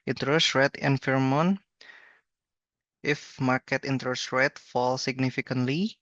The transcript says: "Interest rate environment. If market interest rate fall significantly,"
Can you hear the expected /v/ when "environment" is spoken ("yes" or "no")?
no